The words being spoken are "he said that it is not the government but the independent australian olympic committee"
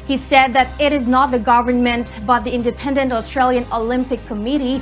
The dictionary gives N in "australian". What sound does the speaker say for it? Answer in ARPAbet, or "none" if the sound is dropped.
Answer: N